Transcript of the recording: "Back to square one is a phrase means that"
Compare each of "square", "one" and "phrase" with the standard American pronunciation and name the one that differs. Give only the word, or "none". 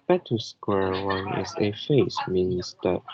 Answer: phrase